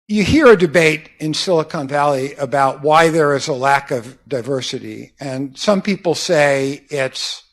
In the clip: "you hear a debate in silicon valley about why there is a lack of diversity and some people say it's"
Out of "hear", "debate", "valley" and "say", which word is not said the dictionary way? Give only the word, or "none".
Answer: none